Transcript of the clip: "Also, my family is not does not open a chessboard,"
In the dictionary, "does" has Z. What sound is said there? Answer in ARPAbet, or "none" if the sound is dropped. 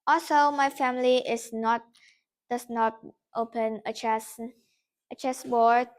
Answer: S